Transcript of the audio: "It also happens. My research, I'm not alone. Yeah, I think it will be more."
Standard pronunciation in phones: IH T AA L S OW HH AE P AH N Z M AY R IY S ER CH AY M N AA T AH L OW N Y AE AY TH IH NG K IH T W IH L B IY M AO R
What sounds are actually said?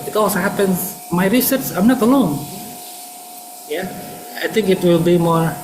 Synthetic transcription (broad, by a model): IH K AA S HH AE P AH N S M AY R IY S ER CH AY M N AA T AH L OW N Y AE AY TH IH NG K IH T W IH L B IY M AO R